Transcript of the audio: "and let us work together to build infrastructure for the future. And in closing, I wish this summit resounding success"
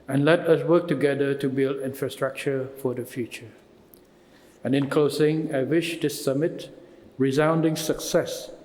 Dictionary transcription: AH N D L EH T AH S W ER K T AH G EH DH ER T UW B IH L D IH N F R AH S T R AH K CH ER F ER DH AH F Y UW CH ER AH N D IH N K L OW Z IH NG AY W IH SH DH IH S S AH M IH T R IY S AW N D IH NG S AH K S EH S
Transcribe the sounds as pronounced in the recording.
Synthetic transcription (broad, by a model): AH N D L EH T AH S W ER K T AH G EH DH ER T UW B IH L D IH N F R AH S T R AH K CH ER F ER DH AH F Y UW CH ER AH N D IH N K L OW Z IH NG AY W IH SH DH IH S S AH M IH T R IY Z AW N D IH NG S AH K S EH S